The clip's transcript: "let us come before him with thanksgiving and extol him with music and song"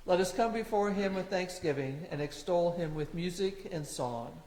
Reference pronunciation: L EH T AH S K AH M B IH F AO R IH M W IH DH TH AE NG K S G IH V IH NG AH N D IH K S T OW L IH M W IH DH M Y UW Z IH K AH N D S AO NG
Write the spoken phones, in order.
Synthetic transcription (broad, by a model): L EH T AH S K AH M B IH F AO R IH M W IH DH TH AE NG K S G IH V IH NG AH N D IH K S T OW L IH M W IH DH M Y UW Z IH K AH N S AO NG